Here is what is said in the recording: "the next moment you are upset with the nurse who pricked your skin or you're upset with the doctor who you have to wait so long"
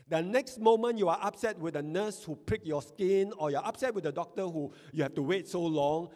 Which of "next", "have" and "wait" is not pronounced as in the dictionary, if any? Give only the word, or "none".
have